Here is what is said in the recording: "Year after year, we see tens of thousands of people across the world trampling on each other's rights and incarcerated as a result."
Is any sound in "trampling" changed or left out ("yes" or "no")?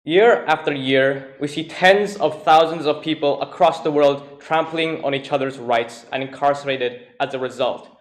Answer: no